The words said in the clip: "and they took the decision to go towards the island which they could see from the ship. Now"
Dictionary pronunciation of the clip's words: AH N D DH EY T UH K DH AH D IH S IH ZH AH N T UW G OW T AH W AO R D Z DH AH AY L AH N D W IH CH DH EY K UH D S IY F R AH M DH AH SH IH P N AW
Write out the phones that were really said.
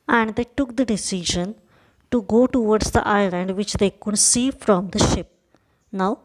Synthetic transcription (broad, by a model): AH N D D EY T UH K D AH D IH S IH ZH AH N T UW G OW T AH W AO R D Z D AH AY L AH N D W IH CH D EY K UH D S IY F R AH M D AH SH IH P N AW